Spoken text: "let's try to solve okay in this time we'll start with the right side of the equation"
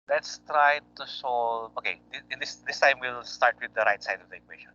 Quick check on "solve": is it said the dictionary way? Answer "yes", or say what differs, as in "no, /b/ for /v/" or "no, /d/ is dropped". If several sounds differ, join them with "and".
no, /v/ is dropped